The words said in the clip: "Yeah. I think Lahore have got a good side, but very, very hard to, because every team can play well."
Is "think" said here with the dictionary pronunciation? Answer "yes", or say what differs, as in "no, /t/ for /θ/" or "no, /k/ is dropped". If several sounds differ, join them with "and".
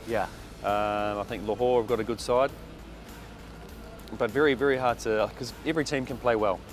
yes